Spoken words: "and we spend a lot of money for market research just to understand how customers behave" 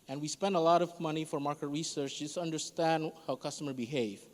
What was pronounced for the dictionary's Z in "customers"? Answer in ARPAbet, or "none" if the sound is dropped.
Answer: none